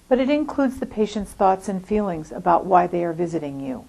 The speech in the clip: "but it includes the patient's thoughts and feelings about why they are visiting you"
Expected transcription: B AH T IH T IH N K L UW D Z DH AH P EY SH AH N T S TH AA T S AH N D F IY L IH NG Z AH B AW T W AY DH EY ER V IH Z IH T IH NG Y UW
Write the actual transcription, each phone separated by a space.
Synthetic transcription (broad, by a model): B AH T IH T IH N K L UW D Z DH AH P EY SH AH N T S TH AA T S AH N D F IY L IH NG Z AH B AW T W AY DH EY ER V IH Z IH T IH NG Y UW